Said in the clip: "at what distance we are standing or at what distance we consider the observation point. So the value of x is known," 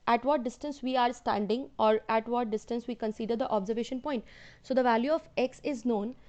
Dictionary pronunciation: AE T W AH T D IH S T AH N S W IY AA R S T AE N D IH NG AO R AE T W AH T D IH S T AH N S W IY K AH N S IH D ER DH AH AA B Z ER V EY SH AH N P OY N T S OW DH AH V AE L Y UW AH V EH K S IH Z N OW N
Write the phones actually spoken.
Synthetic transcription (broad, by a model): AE T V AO T D IH S T AH N S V IY AA R S T AE N D IH NG AO R AE T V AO T D IH S T AH N S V IY K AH N S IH D ER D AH AA B Z ER V EY SH AH N P OY N T S OW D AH V AE L Y UW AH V EH K S IH Z N OW N